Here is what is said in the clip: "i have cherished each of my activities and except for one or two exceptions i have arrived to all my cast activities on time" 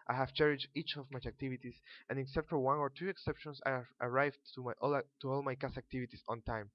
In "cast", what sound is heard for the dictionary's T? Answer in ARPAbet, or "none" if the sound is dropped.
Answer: none